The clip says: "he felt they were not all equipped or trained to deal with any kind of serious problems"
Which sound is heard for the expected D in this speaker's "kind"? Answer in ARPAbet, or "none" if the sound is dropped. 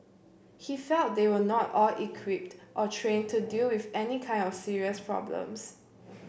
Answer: D